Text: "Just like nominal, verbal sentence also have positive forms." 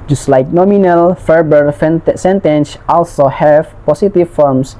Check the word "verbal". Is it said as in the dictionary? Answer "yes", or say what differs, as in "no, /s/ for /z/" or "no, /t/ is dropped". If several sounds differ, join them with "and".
no, /f/ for /v/